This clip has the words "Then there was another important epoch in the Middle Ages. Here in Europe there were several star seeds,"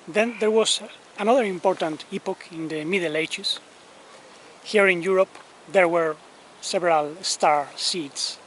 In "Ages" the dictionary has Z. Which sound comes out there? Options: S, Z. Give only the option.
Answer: S